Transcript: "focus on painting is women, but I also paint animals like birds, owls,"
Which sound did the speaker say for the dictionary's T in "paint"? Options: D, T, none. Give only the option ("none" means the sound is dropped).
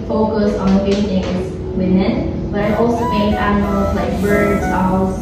none